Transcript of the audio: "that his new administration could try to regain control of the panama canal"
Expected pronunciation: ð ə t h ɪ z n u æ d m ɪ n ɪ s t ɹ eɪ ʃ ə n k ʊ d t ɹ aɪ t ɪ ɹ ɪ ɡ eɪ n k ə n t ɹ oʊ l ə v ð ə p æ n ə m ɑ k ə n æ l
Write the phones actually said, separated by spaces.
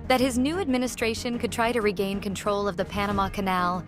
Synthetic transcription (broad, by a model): ð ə t h ɪ z n u æ d m ɪ n ɪ s t ɹ eɪ ʃ ə n k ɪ d t ɹ aɪ t ɪ ɹ ɪ ɡ eɪ n k ə n t ɹ oʊ l ə v ð ə p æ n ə m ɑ k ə n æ l